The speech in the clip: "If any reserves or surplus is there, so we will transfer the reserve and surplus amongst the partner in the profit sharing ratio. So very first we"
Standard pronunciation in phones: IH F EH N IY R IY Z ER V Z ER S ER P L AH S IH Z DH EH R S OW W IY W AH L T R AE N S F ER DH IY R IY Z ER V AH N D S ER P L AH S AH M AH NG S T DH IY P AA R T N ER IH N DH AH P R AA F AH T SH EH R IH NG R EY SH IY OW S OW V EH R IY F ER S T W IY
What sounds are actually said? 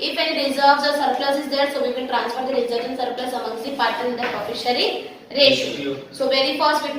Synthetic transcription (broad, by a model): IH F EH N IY R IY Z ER V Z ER S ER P L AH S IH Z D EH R S OW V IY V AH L T R AE N S F ER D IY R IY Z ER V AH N S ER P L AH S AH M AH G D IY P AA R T ER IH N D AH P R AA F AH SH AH R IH R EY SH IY S OW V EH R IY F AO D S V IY